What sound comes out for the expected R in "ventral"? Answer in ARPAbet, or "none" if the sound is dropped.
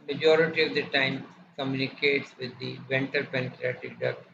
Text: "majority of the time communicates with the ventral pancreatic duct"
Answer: none